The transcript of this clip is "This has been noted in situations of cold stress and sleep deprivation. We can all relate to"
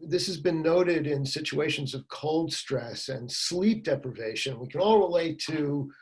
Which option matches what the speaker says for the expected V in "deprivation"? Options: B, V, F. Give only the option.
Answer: V